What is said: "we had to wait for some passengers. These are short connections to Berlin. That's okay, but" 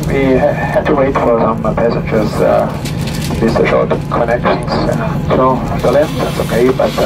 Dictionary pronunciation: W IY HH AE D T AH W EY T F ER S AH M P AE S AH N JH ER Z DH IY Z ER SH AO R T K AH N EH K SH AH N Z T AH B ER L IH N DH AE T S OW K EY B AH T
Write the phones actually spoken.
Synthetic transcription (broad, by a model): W IY HH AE D T AH W EY T F ER S AH M P AE S AH N JH ER Z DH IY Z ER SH AO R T K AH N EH K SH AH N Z S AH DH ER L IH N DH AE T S OW K EY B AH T